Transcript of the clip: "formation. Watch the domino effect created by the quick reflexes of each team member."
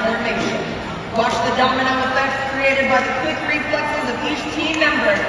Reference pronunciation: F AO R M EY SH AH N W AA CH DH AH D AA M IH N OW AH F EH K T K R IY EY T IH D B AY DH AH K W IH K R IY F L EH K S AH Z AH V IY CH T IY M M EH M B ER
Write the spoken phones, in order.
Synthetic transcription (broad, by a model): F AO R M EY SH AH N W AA SH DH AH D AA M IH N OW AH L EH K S K R IY EY T IH D B AY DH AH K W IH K R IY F L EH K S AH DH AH P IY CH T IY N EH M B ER